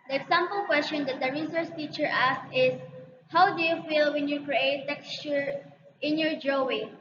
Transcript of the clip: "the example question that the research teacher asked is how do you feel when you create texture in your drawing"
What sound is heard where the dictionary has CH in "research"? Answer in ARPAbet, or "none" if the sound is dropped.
S